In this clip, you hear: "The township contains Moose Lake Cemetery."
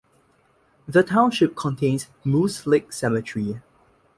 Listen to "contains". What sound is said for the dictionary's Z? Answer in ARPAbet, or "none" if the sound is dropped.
S